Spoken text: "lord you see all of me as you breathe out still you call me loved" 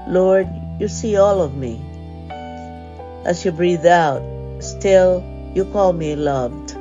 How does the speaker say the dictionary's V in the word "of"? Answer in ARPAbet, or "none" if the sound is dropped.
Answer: V